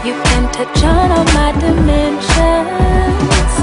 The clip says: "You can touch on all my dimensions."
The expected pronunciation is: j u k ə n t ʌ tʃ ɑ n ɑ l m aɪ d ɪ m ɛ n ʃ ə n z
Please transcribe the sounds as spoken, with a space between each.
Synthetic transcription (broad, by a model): j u k ə n t ʌ tʃ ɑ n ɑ n m aɪ d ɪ m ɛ n ʃ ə n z